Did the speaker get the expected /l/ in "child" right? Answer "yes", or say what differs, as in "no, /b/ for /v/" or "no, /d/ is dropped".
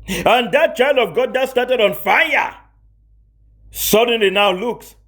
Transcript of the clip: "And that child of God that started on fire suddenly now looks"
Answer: yes